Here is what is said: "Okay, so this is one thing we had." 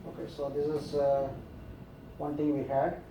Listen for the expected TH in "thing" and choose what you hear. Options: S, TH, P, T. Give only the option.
T